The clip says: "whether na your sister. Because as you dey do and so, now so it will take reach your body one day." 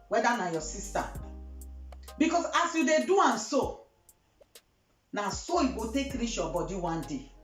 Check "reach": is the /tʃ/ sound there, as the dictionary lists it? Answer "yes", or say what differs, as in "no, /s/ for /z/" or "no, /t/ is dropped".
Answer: no, /ʃ/ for /tʃ/